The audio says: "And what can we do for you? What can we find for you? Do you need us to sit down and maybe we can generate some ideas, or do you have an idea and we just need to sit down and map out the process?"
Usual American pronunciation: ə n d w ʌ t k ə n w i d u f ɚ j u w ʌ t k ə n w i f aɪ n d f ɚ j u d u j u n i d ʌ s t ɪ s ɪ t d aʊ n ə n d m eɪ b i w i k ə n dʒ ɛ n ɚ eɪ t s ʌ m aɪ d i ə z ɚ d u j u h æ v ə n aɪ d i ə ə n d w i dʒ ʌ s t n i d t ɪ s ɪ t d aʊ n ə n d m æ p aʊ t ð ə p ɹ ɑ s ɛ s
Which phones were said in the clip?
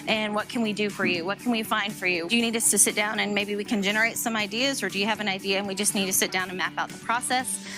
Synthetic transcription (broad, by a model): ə n w ʌ t k ə n w i d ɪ f ɚ j u w ʌ t k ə n w i f aɪ n d f ɚ j u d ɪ j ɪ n i d ʌ s t ɪ s ɪ t d aʊ n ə n m eɪ b i w i k ə n dʒ ɛ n ɚ eɪ t s ʌ m aɪ d i ə z ɚ d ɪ j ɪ v ə n aɪ d i ə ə n w i dʒ ʌ s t n i d t ɪ s ɪ t d aʊ n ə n m æ p aʊ t ð ə p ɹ ɑ s ɛ s